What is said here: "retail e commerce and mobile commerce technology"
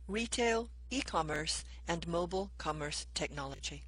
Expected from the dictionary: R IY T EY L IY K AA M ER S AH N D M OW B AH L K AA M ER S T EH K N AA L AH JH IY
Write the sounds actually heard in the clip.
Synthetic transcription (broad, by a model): R IY T EY L IY K AA M ER S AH N M OW B AH L K AA M ER S T EH K N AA L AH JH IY